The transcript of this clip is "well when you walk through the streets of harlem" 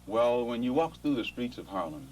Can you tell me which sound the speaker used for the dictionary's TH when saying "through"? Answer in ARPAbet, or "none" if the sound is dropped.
TH